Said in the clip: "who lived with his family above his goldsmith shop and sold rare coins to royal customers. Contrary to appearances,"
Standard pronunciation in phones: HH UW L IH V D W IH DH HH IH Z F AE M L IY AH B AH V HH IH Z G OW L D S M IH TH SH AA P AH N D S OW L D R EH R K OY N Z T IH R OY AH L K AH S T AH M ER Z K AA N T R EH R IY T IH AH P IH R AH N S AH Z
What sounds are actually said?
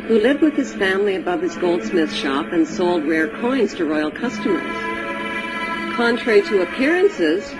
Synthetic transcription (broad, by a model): HH UW L IH V D W IH DH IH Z F AE M L IY AH B AH V HH IH Z G OW L D S M IH TH SH AA P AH N S OW L D R EH R K OY N Z T IH R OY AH L K AH S T AH M ER Z K AA N T R EH R IY T IH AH P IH R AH N S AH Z